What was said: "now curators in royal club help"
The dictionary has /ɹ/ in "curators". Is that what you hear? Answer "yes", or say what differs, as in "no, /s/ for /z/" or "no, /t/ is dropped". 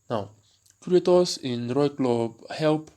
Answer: no, /ɹ/ is dropped